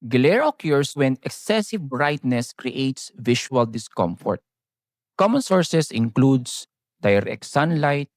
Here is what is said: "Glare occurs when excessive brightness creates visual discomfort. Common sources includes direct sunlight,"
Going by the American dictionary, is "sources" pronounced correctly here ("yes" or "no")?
no